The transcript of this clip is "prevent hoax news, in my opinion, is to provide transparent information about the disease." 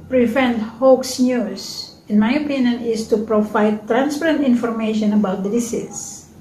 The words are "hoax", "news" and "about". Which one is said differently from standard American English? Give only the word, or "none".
news